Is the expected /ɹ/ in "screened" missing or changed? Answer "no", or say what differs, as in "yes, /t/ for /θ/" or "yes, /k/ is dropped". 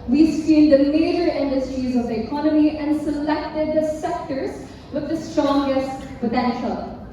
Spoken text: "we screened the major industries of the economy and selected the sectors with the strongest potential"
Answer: yes, /ɹ/ is dropped